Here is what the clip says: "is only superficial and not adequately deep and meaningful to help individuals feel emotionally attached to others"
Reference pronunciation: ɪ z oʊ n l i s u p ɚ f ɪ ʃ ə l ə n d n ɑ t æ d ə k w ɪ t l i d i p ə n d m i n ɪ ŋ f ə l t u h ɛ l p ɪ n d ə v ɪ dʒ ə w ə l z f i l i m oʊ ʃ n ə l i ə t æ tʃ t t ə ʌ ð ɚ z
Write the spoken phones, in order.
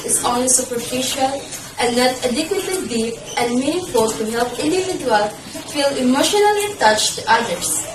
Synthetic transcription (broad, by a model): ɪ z oʊ n l i s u p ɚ f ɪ ʃ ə l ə n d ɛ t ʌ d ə k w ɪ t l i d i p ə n m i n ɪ f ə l t u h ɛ l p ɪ n d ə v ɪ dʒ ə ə l f i l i m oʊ ʃ n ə l i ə t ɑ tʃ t t ə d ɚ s